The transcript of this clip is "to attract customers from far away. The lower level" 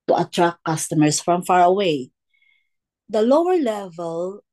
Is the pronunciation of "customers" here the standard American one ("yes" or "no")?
no